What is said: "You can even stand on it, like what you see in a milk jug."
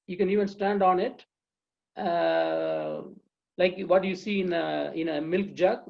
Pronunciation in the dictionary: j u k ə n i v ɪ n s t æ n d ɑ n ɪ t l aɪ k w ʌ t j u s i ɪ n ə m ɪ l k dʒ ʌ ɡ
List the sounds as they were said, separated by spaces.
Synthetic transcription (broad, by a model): j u k ə n i v ɪ n s t æ n d ɑ n ɪ t l aɪ k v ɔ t j u s i ɪ n ə m ɪ l k dʒ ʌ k